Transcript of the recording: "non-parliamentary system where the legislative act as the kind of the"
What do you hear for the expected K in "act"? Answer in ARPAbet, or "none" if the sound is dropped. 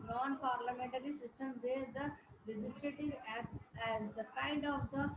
none